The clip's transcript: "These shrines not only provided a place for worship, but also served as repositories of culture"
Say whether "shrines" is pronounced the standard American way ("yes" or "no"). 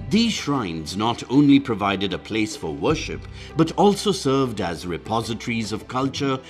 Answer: yes